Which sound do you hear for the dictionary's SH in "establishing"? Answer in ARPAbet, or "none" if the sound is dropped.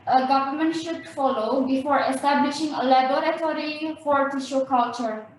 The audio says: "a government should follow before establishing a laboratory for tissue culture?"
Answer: SH